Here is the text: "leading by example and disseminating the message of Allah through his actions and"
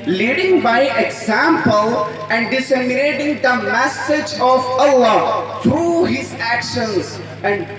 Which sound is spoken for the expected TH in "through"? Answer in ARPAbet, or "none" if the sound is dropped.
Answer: T